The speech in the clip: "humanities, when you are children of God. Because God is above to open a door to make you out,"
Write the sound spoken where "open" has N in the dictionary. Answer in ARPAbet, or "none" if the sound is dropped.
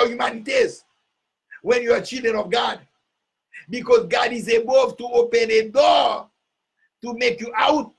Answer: N